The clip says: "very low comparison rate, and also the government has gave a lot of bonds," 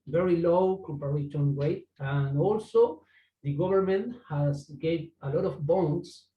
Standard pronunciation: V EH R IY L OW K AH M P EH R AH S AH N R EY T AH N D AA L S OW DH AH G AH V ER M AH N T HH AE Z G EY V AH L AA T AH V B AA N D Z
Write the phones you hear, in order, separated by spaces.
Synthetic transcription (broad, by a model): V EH R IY L OW K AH M P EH R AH SH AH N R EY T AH N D AA L S OW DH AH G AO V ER M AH N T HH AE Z G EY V AH L AA T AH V B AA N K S